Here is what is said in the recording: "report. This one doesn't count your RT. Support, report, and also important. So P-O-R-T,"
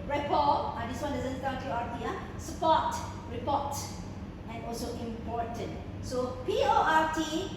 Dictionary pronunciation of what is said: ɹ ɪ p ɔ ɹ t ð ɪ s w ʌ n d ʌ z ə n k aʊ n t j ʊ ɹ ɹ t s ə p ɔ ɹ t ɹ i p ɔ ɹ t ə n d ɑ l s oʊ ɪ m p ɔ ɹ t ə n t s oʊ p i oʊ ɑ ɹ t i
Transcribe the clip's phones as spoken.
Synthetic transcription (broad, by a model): ɹ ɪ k ɔ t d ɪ s w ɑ n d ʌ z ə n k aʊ t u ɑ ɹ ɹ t s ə p ɔ t ɹ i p ɔ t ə n ɑ l s oʊ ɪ m p ɔ t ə n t s oʊ p i oʊ ɑ ɹ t i